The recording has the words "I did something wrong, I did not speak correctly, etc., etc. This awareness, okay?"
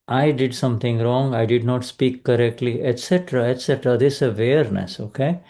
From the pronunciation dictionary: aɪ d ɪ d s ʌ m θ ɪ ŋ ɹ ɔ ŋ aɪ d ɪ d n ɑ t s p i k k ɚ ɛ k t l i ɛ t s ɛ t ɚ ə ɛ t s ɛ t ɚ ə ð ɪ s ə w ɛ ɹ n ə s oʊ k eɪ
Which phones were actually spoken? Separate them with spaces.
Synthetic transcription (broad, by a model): aɪ d ɪ d s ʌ m t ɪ ŋ ɹ ɔ ŋ aɪ d ɪ d n ɑ t s p i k k ɚ ɛ k t l i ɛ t s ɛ t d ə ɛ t s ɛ t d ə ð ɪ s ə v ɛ ɹ n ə s oʊ k eɪ